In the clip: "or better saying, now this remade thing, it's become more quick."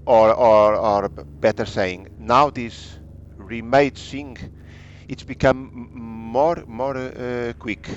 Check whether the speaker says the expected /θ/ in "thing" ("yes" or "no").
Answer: no